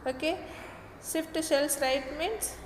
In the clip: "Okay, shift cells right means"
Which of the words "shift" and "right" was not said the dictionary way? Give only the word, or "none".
shift